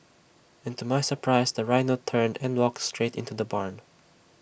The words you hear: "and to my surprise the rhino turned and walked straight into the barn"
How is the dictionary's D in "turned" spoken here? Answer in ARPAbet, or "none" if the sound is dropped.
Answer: D